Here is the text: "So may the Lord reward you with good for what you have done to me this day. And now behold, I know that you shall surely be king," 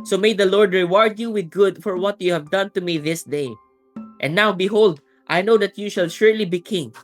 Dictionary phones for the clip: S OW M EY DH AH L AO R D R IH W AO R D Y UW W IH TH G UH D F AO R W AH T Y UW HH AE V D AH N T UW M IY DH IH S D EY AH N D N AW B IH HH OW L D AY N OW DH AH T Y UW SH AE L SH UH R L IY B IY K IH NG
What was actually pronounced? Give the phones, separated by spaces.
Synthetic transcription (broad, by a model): S OW M EY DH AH L AO R D R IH W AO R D Y UW W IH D G UH D F AO R W AH T Y UW HH AE V D AH N T UW M IY DH IH S D EY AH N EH N AW B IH HH OW L D AY N OW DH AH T Y UW SH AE L SH UH R L IY B IY K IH NG